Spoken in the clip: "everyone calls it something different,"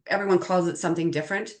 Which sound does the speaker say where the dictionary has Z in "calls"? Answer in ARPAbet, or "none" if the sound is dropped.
Z